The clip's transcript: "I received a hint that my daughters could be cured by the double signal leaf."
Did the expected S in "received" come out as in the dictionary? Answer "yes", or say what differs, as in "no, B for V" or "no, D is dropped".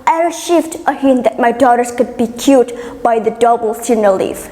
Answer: no, SH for S